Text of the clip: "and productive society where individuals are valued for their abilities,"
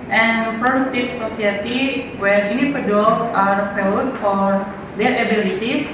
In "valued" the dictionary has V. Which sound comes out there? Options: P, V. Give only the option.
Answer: P